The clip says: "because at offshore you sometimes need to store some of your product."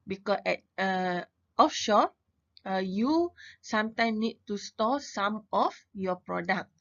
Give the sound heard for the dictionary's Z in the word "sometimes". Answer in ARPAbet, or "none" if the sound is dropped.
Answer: none